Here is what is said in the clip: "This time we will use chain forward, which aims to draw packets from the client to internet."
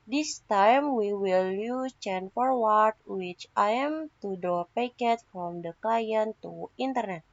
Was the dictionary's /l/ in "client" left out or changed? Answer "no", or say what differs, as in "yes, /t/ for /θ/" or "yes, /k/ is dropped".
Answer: yes, /l/ is dropped